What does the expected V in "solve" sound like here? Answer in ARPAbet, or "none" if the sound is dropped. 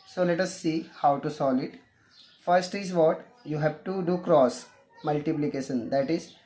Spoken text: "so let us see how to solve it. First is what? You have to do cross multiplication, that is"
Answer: none